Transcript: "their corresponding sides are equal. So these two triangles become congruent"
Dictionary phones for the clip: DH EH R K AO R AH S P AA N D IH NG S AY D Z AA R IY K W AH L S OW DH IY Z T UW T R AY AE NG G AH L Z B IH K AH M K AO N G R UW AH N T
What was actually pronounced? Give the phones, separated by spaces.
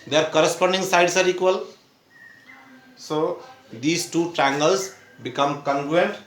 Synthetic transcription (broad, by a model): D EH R K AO R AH S P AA N D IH NG S AY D S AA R IY K W AH L S OW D IY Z T UW T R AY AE NG G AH L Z B IH K AH M K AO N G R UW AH N T